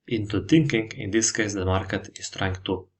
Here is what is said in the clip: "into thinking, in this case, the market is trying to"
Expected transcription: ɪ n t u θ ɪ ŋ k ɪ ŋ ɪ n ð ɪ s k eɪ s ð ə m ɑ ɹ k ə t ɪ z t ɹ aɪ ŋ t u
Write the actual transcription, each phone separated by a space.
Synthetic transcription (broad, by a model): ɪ n t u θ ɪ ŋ k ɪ ŋ ɪ n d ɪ s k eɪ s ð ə m ɑ ɹ k ə t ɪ s t ɹ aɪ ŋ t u